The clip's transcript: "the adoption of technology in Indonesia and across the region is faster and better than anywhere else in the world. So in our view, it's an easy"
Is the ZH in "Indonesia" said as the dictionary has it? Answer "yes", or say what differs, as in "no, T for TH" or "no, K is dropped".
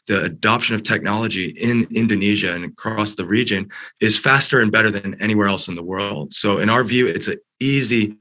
yes